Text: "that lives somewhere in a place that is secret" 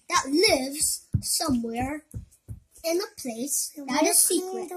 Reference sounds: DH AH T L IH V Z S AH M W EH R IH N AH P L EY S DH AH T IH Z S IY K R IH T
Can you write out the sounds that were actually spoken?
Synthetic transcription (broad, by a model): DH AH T L IH V Z S AH M W EH R IH N AH P L EY S DH AH T IH Z S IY K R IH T